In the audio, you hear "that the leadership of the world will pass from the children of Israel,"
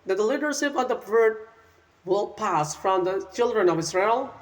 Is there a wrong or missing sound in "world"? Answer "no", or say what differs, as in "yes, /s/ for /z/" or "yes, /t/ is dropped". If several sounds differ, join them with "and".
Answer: yes, /l/ is dropped